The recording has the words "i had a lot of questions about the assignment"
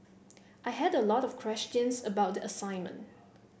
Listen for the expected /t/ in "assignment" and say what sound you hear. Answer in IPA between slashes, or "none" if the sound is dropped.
/t/